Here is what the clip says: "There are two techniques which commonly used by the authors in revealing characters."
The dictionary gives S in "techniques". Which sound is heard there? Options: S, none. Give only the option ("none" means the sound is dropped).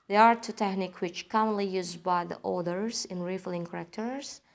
none